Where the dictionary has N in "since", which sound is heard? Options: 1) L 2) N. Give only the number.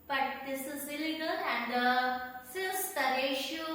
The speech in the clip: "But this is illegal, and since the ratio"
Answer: 1